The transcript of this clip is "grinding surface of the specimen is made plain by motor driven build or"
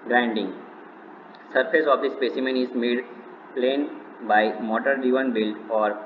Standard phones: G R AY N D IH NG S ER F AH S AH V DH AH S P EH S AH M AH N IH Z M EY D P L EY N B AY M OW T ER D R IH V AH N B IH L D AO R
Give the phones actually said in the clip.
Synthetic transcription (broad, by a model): G R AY N D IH NG S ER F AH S AH V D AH S P EH S AH M AH N IH Z M EY D P L EY N B AY M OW T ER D IY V AH N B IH L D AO R